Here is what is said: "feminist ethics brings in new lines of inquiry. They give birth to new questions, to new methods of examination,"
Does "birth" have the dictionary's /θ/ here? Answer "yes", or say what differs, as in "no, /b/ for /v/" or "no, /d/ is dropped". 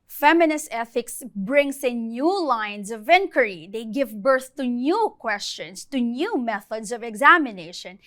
yes